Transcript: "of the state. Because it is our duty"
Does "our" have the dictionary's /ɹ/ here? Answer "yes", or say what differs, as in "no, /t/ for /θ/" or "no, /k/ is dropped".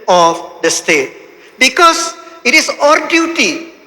yes